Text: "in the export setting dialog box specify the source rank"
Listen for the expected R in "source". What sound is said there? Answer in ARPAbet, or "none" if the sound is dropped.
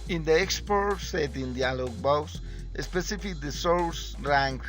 L